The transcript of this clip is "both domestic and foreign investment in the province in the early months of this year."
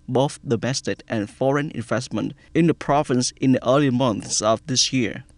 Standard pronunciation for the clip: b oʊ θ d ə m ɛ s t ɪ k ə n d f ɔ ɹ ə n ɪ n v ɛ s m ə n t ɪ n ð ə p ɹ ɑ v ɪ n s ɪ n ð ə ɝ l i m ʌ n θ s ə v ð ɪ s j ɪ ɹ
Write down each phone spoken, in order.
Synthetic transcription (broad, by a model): b oʊ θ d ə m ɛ s t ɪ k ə n f ɔ ɹ ə n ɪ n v ɛ s m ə n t ɪ n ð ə p ɹ ɑ v ɪ n s ɪ n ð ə ɝ l i m ʌ n θ s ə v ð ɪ s j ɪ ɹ